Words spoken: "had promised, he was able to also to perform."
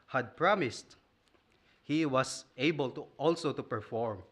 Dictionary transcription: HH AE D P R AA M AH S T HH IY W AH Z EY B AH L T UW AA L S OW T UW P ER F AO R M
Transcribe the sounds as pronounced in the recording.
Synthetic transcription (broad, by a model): HH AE D P R AA M AH S T HH IY W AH S EY B AH L T UW AA L S OW T UW P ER F AO R M